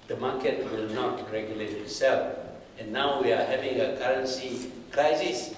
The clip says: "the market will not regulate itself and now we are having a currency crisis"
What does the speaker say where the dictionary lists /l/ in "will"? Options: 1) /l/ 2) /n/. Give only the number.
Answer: 1